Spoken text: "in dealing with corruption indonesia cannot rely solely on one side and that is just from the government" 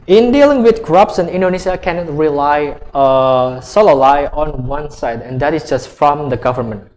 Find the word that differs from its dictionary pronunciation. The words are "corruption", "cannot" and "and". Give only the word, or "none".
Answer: corruption